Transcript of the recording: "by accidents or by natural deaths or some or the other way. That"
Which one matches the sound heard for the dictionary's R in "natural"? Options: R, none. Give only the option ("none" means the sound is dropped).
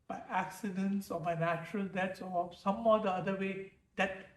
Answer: R